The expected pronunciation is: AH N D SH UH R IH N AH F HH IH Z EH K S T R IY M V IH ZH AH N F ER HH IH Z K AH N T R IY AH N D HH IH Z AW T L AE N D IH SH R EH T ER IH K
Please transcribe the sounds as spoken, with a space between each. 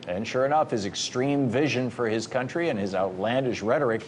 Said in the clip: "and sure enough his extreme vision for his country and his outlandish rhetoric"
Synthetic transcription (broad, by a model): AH N SH UH R IH N AH F HH IH Z EH K S T R IY M V IH ZH AH N F ER IH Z K AH N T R IY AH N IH Z AW T L AE N D IH SH R EH T ER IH K